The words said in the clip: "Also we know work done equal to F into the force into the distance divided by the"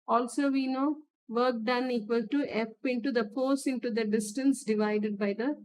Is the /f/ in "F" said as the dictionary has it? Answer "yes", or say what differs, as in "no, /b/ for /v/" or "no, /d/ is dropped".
no, /p/ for /f/